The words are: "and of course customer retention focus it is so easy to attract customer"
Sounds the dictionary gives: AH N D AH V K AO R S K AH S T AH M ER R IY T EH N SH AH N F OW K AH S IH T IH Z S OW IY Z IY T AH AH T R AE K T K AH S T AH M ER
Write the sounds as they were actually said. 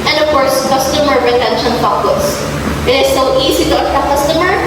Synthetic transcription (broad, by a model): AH N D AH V K AO R S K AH S T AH M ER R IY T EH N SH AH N P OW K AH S IH T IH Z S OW IY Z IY T AH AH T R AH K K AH S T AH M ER